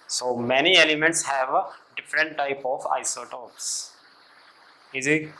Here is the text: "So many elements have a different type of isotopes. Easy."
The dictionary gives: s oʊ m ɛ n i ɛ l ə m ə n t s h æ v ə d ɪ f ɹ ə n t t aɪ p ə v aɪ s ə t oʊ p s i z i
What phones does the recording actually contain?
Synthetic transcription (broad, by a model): s oʊ m ɛ n i ɛ l ə m ə n t s h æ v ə d ɪ f ɹ ə n t t aɪ p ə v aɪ s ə t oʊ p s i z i